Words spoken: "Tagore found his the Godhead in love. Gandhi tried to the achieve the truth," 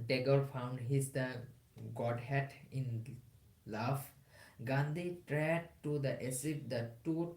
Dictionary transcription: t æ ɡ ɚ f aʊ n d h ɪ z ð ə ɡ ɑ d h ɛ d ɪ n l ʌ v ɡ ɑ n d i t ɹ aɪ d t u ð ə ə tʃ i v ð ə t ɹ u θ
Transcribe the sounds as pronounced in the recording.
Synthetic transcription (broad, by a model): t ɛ ɡ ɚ f aʊ n d h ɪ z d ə ɡ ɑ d h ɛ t ɪ n l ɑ f ɡ ɑ n d i t ɹ aɪ d t u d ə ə s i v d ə t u